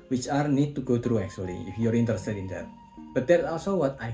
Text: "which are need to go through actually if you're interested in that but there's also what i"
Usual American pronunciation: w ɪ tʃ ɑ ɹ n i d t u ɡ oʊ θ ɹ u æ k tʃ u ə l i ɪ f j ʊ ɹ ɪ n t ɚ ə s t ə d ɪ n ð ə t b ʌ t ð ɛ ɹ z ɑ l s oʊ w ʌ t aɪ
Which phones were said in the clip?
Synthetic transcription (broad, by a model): w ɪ tʃ ɑ ɹ n i d t u ɡ oʊ t ɹ u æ k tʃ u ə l i ɪ f j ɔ ɹ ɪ n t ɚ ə s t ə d ɪ n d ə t b ʌ t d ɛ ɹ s ɑ l s oʊ w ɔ t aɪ